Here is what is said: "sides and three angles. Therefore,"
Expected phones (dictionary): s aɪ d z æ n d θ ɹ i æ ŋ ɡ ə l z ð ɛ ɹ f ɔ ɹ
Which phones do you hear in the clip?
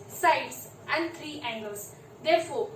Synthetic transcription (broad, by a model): s aɪ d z æ n d t ɹ i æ ŋ ɡ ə l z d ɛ ɹ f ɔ ɹ